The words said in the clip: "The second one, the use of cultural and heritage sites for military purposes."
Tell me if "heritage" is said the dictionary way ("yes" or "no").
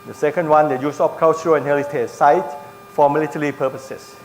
no